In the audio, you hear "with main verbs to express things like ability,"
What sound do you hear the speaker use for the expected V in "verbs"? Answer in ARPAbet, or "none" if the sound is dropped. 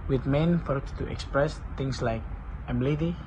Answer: F